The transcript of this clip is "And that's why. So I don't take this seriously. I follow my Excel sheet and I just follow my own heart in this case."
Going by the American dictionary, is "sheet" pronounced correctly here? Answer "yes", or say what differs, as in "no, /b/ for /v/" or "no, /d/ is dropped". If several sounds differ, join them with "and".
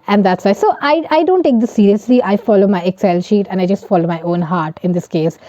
yes